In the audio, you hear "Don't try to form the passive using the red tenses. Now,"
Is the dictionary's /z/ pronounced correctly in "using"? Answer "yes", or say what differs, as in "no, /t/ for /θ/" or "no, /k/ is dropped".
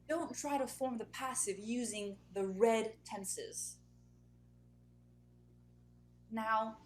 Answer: yes